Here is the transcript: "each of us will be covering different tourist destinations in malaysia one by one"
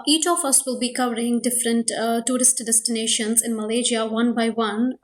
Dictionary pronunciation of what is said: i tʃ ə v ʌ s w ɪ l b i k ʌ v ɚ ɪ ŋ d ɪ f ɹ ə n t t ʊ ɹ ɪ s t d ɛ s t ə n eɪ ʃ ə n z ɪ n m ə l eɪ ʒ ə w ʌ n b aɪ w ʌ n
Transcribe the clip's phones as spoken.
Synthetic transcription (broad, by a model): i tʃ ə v ʌ s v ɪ l b i k ʌ v ɚ ɪ ŋ d ɪ f ɹ ə n t t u ɹ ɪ s t d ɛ s t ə n eɪ ʃ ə n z ɪ n m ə l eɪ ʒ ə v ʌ n b aɪ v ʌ n